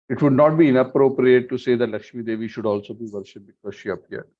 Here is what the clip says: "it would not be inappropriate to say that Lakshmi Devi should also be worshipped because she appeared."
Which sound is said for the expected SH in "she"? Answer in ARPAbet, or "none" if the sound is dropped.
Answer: SH